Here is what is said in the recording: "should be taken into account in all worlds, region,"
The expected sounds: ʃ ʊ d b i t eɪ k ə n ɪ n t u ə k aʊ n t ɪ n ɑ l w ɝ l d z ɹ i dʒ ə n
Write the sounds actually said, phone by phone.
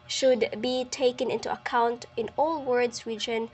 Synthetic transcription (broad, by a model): ʃ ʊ d b i t eɪ k ə n ɪ n t u ə k aʊ n t ɪ n ɑ l w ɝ d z ɹ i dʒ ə n